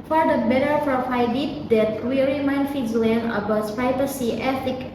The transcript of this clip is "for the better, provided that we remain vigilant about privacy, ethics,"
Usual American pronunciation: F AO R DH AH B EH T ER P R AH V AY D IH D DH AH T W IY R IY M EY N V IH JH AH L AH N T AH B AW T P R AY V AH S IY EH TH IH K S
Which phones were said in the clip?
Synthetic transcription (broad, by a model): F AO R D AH B EH T ER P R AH F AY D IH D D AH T W IY R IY M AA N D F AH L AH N AH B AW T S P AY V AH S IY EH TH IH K